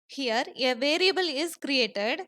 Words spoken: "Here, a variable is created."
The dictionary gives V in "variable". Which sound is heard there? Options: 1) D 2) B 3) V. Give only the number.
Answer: 3